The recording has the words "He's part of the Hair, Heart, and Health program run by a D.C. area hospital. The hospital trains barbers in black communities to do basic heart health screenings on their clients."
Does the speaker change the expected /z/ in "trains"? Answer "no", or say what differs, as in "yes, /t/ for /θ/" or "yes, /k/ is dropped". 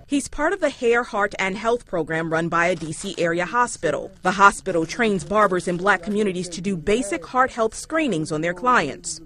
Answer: no